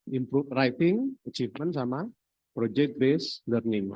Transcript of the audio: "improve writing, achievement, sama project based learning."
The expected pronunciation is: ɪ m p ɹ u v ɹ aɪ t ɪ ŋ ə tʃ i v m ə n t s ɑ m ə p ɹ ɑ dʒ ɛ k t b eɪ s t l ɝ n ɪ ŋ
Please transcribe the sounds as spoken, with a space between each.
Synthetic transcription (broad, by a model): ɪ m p ɹ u ɹ aɪ t ɪ ŋ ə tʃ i f m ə n s ɑ m ə p ɹ ɑ dʒ ɛ k t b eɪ s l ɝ n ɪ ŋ